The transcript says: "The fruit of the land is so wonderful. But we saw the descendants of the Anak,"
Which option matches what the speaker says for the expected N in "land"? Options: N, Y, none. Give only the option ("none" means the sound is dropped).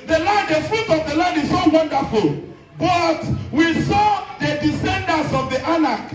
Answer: none